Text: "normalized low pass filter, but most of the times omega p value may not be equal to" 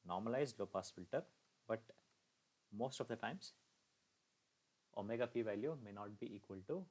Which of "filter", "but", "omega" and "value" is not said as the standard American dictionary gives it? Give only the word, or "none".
none